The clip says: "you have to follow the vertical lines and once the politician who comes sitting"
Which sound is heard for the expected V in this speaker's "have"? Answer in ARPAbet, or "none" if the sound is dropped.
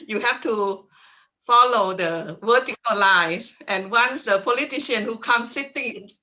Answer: F